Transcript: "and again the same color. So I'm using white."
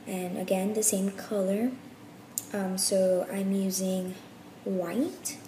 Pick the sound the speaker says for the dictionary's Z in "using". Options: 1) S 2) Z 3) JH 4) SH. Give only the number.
2